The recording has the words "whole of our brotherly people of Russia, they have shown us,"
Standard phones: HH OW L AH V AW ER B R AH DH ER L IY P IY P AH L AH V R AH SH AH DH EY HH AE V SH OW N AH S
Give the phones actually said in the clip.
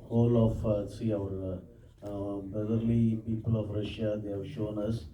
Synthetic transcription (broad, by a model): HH OW L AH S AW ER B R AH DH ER L IY P IY P AH L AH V R AH SH AH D EY HH AE V SH OW N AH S